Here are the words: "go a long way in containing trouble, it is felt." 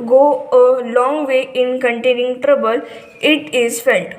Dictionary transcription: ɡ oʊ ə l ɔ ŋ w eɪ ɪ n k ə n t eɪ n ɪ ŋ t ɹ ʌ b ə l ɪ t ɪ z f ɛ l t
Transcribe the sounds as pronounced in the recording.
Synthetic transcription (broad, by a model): ɡ oʊ ə l ɔ ŋ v eɪ ɪ n k ə n t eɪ n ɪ ŋ t ɹ ʌ b ə l ɪ t ɪ z f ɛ l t